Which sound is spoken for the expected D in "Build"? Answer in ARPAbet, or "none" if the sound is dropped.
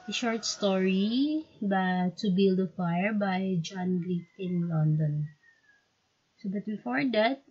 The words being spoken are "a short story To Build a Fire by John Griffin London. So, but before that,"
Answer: D